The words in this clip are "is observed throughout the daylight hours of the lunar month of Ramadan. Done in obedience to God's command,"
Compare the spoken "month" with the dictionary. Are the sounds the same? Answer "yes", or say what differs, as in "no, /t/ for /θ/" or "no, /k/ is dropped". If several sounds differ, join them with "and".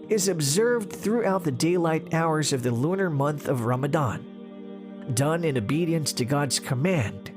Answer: yes